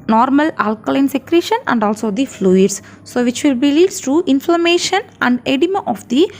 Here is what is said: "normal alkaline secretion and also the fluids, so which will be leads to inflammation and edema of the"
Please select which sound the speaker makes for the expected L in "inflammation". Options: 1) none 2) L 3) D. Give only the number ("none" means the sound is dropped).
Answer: 2